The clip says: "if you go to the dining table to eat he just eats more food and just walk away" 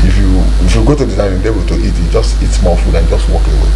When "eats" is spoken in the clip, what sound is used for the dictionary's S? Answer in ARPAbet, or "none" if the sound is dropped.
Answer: none